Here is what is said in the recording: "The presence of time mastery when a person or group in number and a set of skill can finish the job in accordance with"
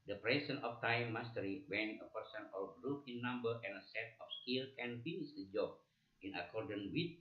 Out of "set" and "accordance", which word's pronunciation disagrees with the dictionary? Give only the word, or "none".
accordance